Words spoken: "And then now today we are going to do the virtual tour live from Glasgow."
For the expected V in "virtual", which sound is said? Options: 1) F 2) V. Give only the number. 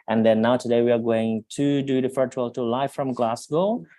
1